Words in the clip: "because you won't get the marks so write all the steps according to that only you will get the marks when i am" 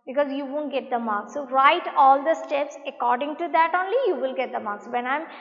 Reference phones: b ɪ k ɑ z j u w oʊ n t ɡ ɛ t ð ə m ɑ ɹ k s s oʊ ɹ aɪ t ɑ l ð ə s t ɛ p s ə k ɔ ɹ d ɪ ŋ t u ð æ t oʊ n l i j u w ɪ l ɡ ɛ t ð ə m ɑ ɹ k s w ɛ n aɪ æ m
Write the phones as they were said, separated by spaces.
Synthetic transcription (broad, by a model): b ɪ k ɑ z j u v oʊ n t ɡ ɛ t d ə m ɑ ɹ k s s oʊ ɹ aɪ t ɑ l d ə s t ɛ p s ə k ɔ ɹ d ɪ ŋ t u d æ t oʊ n l i j u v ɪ l ɡ ɛ t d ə m ɑ ɹ k s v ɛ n aɪ m